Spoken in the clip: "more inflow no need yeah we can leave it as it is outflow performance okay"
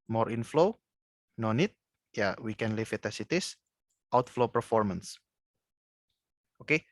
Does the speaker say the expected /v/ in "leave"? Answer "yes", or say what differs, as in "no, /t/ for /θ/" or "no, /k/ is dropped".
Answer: no, /f/ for /v/